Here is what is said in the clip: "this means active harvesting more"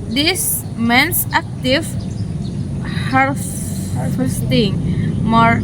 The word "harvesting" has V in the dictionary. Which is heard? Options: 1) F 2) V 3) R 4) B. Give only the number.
1